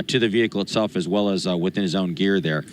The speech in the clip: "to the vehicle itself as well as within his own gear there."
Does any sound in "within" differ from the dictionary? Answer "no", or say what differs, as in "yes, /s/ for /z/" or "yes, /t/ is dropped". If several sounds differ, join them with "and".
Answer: no